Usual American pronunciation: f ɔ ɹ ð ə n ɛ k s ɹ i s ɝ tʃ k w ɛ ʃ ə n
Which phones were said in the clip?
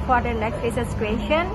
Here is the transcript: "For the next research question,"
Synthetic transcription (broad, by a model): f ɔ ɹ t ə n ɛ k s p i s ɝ s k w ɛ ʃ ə n